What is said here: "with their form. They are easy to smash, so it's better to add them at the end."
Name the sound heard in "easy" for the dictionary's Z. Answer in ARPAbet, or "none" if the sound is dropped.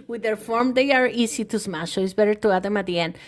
S